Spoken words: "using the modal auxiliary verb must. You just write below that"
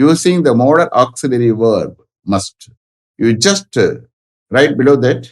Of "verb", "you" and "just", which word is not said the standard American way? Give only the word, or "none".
none